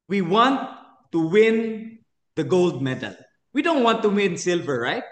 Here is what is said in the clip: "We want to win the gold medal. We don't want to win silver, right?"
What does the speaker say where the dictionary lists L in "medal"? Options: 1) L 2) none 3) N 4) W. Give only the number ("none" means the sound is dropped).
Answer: 1